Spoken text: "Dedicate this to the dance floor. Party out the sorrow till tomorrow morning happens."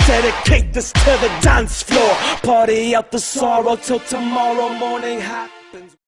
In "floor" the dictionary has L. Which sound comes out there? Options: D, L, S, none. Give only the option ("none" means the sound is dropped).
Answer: L